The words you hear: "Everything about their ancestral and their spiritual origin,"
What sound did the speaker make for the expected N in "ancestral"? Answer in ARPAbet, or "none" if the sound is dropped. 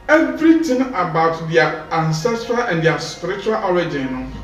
N